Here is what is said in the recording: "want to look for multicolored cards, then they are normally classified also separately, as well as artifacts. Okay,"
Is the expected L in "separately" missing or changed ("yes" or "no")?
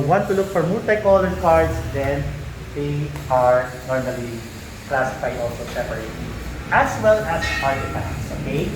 yes